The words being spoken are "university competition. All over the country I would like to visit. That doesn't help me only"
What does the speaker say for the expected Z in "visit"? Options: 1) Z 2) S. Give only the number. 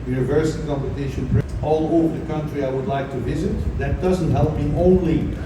1